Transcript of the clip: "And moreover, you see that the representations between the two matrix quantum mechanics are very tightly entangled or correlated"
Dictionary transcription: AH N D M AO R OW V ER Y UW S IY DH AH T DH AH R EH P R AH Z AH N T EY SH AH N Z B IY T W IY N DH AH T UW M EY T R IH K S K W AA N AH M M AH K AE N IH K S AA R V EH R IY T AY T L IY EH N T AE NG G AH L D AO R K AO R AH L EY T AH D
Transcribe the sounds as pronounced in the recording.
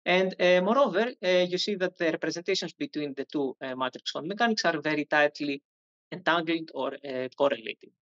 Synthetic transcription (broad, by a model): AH N D M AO R OW V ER Y UW S IY DH AH T DH AH R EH P R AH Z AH N T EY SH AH N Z B IY T W IY N DH AH T UW M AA T R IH K S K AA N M M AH K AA N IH K S AA R V EH R IY T AY T L IY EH N T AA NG G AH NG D AO R K AO R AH L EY T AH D